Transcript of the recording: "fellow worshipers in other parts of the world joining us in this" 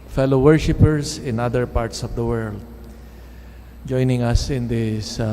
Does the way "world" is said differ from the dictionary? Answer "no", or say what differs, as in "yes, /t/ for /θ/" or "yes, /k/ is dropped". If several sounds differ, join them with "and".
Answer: no